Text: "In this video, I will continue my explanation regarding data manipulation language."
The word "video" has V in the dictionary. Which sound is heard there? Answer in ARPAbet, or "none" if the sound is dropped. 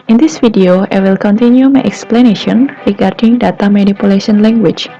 F